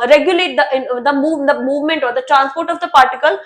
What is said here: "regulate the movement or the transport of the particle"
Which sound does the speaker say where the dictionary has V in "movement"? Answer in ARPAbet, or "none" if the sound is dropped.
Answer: V